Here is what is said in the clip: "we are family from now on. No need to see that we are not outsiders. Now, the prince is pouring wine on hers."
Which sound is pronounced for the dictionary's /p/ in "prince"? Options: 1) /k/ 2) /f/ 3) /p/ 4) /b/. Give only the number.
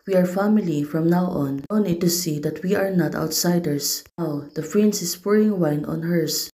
2